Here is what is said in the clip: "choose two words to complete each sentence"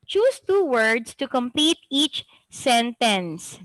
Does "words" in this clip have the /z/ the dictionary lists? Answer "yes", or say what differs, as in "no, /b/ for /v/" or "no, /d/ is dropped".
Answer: no, /s/ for /z/